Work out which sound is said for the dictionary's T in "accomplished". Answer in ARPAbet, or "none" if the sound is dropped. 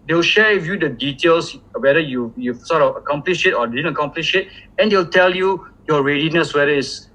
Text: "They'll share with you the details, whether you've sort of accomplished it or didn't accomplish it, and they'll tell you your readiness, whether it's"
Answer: none